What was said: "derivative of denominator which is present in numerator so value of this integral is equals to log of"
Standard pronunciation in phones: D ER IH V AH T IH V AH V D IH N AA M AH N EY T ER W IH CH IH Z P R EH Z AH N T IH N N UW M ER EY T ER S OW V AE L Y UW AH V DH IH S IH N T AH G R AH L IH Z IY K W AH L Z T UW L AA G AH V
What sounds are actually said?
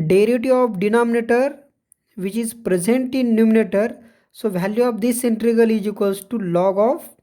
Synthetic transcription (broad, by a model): D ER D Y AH T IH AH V D IH N AA M AH N EY T ER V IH CH IH Z P R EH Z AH N T IH N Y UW M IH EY T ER S OW V AE L Y UW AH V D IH S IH N T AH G AH L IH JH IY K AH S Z T UW L AA G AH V